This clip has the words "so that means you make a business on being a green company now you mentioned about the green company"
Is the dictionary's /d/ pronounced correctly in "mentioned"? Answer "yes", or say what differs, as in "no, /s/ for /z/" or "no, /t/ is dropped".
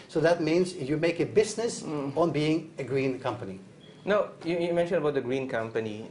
no, /d/ is dropped